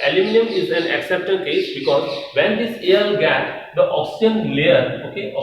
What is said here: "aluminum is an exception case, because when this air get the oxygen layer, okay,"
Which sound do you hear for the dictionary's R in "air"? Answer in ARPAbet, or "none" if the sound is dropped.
L